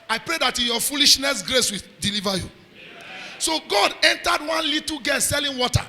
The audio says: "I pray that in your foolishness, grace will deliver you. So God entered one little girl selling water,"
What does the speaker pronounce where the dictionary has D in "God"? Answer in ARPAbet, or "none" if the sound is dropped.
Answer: D